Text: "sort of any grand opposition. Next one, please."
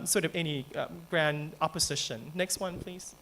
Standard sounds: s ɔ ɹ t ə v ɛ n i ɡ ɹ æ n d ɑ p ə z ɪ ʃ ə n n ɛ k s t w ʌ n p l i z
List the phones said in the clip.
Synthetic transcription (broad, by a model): s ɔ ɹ t ə v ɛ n i ɡ ɹ æ n d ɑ p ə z ɪ ʃ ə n n ɛ k s t w ʌ n p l i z